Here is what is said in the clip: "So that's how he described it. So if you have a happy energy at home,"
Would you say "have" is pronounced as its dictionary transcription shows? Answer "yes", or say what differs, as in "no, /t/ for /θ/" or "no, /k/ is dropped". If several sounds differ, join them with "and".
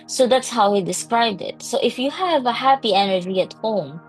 yes